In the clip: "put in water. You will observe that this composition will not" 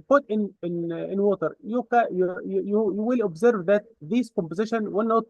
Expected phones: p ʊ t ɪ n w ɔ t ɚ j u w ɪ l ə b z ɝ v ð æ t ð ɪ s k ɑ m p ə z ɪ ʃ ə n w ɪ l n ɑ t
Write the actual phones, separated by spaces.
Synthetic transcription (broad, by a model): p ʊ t ɪ n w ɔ t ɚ j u w ɪ l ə b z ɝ v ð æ t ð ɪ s k ɑ m p ə z ɪ ʃ ə n w ɪ l n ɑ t